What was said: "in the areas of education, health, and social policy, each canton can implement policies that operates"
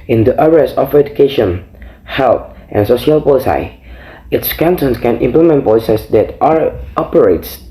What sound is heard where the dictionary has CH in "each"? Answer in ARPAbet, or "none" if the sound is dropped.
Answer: S